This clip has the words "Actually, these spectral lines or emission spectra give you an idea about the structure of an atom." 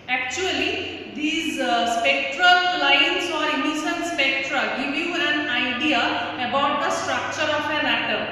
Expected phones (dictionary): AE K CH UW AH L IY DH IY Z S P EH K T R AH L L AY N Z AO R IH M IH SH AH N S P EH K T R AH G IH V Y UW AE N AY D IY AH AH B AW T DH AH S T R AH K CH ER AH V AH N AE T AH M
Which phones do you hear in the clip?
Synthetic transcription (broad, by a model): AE K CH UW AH L IY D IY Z S P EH K T R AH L L AY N S AO R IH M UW S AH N S P EH K T R AH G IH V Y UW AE N AY D IY AH AH B AW T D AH S T R AH K CH ER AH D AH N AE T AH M